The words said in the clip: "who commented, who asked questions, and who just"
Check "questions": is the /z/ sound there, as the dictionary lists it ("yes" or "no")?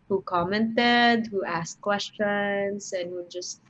no